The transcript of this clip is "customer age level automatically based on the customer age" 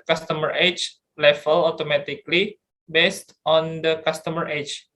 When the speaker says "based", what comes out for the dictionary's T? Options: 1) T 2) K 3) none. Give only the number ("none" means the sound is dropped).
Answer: 1